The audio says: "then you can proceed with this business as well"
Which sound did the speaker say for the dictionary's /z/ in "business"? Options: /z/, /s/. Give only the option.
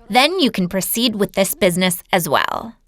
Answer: /z/